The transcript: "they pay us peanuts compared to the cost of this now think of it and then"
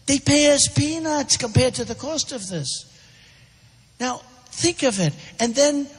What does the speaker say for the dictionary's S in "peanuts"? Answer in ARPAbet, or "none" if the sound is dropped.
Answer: S